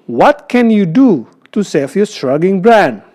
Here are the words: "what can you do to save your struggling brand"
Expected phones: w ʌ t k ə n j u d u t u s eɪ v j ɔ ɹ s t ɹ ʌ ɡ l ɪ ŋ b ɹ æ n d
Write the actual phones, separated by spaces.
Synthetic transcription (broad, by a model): w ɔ t k ə n j u d u t u s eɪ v j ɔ s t ɹ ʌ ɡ ɪ ŋ b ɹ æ n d